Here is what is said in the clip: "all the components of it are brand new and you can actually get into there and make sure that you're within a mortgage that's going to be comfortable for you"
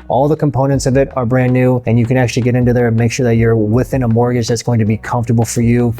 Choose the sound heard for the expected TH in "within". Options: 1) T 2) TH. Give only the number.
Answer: 2